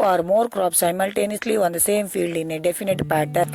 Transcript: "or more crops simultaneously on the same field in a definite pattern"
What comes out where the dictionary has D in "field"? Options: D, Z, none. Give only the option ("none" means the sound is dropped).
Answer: D